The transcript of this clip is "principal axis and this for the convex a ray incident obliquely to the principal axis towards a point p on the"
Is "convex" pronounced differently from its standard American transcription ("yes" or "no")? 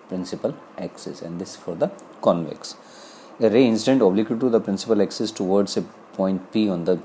no